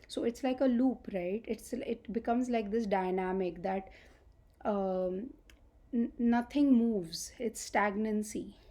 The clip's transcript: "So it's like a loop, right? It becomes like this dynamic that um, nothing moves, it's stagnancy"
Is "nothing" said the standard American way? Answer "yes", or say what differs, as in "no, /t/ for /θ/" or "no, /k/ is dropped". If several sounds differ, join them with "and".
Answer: no, /t/ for /θ/